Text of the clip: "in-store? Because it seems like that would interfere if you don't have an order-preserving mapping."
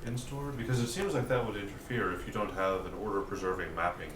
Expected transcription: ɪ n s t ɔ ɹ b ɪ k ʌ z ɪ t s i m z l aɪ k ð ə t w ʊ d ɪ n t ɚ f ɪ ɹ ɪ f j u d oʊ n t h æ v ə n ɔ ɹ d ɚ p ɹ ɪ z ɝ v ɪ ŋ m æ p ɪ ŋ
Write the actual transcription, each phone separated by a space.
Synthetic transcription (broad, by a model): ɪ n s t ɔ ɹ b ɪ k ʌ z ɪ t s i m z l aɪ k ð ə t w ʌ d ɪ n t ɚ f ɪ ɹ ɪ f j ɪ d oʊ n t h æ v ə n ɔ ɹ d ɚ p ɹ ɪ z ɝ v ɪ ŋ m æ p ɪ ŋ